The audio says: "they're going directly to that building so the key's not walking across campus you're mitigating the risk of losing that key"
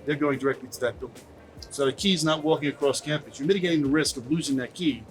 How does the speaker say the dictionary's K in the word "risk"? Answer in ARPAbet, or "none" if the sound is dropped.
K